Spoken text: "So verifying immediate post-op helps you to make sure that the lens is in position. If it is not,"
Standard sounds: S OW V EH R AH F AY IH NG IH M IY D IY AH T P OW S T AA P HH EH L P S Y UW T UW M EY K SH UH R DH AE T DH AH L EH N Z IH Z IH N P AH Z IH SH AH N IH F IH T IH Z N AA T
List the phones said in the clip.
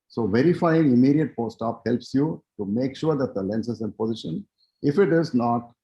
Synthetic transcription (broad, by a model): S OW V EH R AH F AY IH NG IH M IY D IY AH T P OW S T AA P HH EH L P S Y UW T UW M EY K SH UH R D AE T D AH L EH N S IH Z IH N P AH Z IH SH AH N IH F IH T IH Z N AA T